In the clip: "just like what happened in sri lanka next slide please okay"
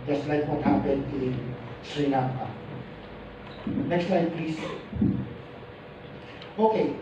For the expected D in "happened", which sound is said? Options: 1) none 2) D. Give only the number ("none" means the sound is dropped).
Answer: 1